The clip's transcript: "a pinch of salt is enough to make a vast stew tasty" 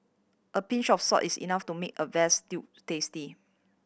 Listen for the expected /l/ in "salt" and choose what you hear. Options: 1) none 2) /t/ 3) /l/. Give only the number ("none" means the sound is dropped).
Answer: 1